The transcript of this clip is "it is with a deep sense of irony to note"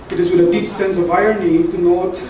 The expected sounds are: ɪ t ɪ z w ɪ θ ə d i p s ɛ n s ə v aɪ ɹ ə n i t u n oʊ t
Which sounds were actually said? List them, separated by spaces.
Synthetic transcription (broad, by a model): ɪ t ɪ z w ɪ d ə d i p s ɛ n s ə v aɪ ə n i t u n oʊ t